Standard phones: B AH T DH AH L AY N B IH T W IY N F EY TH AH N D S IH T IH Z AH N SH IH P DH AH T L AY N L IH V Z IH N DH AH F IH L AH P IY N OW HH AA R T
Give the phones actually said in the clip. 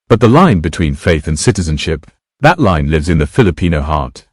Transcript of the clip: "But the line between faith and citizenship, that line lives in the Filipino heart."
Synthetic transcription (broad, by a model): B AH T DH AH L AY N B IH T W IY N F EY TH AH N S IH T IH Z AH N SH IH P DH AH T L AY N L IH V Z IH N DH AH F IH L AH P IY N OW HH AA R T